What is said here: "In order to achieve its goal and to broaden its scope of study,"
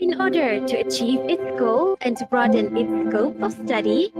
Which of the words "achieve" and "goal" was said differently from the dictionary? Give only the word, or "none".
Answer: none